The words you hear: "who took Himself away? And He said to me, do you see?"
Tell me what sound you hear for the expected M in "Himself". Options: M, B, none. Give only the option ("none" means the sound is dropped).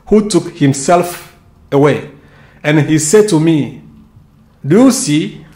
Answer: M